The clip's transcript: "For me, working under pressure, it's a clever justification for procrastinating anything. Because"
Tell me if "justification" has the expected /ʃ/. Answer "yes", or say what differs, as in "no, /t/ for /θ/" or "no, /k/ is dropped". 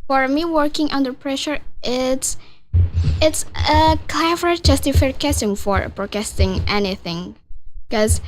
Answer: no, /s/ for /ʃ/